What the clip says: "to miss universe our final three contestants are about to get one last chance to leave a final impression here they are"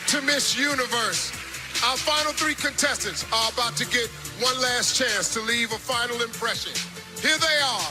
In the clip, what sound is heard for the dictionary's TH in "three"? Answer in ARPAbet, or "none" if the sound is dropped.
TH